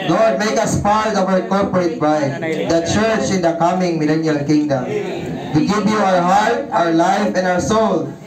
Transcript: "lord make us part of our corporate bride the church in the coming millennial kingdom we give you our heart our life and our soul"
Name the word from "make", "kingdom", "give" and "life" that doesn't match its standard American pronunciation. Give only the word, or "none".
give